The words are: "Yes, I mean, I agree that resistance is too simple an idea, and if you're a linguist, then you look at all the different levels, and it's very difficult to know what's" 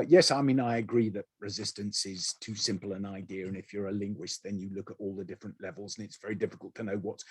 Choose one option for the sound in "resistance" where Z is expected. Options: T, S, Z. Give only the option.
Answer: Z